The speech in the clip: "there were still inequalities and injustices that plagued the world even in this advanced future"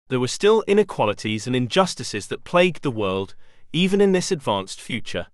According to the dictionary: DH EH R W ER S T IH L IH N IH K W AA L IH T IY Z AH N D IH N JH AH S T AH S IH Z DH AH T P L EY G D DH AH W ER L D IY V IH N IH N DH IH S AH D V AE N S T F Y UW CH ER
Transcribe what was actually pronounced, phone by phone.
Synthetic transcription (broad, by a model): DH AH W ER S T IH L IH N IH K W AA L IH T IY Z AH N IH N JH AH S T AH S IH Z DH AH T P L EY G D DH AH W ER L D IY V IH N IH N DH IH S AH D V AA N S T F Y UW CH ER